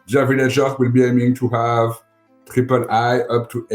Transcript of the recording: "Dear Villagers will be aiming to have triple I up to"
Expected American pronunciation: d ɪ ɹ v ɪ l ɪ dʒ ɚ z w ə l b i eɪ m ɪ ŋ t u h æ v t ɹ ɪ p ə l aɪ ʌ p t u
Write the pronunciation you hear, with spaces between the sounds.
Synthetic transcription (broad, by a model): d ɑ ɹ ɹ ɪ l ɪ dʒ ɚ w ə l b i eɪ m ɪ ŋ t u h æ v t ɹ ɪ p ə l aɪ ʌ p t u